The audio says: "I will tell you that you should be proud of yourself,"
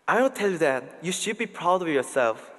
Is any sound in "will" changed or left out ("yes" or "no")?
yes